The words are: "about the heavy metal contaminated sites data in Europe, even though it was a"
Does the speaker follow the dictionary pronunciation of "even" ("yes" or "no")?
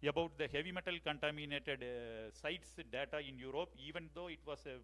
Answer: yes